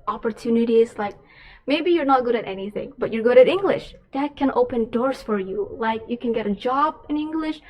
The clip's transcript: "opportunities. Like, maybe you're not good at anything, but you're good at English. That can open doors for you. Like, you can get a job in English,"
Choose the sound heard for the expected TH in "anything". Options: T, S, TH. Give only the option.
TH